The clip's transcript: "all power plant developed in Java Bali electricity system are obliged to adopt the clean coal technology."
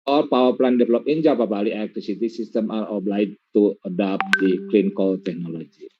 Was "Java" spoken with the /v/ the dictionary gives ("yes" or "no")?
no